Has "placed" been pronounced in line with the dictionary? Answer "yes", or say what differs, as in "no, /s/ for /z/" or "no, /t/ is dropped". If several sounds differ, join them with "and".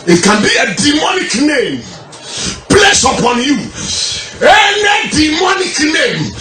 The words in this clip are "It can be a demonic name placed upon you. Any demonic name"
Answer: no, /t/ is dropped